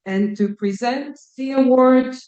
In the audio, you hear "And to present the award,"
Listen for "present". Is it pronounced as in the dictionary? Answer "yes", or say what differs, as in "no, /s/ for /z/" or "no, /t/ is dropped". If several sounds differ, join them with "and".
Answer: yes